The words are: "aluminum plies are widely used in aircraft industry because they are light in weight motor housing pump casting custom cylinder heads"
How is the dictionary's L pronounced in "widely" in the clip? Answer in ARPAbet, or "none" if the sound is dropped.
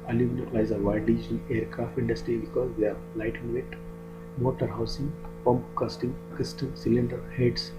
none